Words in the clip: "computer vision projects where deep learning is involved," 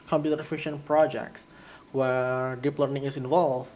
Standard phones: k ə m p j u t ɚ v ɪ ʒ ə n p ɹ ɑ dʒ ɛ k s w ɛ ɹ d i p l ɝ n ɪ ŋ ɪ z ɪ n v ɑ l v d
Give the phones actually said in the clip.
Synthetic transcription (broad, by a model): k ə m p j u t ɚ f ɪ ʃ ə n p ɹ ɑ dʒ ɛ k s w ɛ ɹ d i p l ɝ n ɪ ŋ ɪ s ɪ n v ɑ l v